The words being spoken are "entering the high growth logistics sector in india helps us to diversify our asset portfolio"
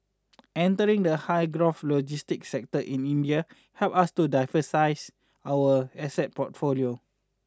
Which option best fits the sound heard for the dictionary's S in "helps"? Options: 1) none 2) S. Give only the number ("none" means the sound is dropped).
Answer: 1